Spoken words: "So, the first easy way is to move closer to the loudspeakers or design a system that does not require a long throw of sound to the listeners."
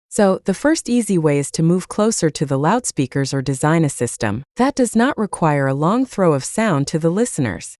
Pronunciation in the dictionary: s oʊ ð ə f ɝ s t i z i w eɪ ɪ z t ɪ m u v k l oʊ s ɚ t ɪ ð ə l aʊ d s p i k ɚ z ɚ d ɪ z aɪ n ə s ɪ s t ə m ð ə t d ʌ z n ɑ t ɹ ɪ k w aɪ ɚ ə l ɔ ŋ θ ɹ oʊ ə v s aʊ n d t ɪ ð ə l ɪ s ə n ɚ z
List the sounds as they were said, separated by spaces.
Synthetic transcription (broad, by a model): s oʊ ð ə f ɝ s t i z i w eɪ ɪ z t ɪ m u v k l oʊ s ɚ t ɪ ð ə l aʊ d s p i k ɚ z ɚ d ɪ z aɪ n ə s ɪ s t ə m ð ə t d ʌ z n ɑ t ɹ ɪ k w aɪ ɚ ə l ɔ ŋ θ ɹ oʊ ə v s aʊ n t ɪ ð ə l ɪ s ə n ɚ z